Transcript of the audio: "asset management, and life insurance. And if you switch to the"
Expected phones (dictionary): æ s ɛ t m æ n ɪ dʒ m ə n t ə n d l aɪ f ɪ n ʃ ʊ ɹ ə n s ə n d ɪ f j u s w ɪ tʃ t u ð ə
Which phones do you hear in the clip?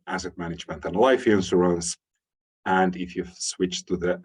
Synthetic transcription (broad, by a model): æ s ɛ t m æ n ɪ dʒ m ə n t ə n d l aɪ f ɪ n s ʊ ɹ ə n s ə n d ɪ f j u s w ɪ tʃ t u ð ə